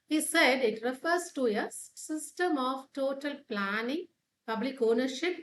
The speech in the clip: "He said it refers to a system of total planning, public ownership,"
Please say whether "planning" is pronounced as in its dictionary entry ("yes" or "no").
yes